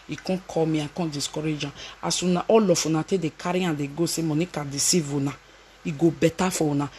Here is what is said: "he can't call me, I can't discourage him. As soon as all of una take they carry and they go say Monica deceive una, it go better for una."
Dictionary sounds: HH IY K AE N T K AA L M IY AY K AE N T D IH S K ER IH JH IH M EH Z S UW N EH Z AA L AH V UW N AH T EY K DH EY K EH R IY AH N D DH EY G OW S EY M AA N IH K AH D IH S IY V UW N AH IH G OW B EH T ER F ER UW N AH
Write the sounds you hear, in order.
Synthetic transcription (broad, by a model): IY K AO K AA M IY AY K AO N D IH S K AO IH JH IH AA S UW N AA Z AA L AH F UW N AH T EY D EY K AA R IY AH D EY G OW S EY M AA N IH K AH D IH S IY V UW N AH IH G OW B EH T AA F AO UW N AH